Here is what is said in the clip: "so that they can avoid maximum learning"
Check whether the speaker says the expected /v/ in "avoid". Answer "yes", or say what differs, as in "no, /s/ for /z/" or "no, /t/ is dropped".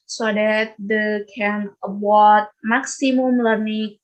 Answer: no, /w/ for /v/